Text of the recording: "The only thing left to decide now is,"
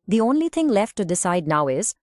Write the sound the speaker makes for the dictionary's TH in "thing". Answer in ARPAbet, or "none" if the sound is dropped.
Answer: T